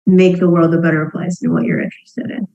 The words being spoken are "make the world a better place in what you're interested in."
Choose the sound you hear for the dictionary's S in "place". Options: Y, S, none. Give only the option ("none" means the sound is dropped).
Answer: none